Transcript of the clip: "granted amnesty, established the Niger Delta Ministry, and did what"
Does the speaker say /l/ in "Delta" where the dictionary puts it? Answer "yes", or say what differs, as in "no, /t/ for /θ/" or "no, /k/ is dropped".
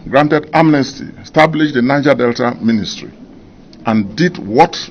yes